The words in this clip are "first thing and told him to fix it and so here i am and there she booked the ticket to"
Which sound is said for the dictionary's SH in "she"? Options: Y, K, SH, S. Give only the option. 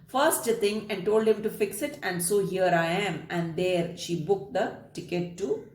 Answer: SH